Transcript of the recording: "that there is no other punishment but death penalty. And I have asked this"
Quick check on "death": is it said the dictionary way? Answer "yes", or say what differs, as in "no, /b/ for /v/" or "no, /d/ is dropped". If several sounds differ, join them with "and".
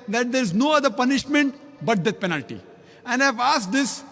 no, /t/ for /θ/